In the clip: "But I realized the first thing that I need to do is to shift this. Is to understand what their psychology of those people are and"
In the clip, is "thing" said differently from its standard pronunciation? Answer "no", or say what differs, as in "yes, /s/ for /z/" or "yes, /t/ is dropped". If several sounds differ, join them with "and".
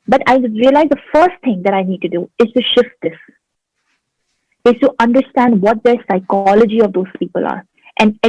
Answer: yes, /t/ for /θ/